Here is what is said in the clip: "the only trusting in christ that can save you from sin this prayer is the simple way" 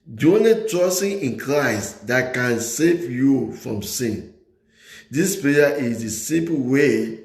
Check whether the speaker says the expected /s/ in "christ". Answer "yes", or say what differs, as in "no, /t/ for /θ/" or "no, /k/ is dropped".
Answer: yes